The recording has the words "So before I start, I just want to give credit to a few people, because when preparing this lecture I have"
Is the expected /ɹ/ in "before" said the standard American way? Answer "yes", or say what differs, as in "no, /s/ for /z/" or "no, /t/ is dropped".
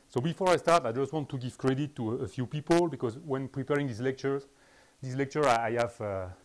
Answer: yes